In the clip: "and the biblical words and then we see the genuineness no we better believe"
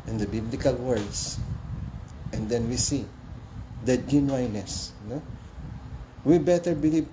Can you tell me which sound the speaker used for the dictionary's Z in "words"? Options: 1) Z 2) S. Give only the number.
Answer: 2